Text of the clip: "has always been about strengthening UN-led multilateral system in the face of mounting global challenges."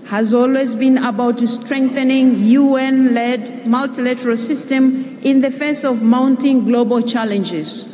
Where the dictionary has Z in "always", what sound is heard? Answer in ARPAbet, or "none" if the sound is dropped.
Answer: Z